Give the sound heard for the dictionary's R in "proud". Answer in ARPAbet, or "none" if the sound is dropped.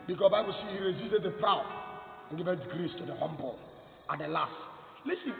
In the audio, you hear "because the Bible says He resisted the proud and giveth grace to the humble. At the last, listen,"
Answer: R